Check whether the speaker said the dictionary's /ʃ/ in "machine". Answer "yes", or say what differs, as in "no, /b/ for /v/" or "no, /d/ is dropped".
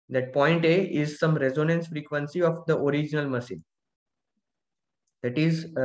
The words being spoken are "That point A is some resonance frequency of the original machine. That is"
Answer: no, /s/ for /ʃ/